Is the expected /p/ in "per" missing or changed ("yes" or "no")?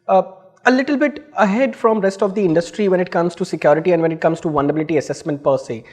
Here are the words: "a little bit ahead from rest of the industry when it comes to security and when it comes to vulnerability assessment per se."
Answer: no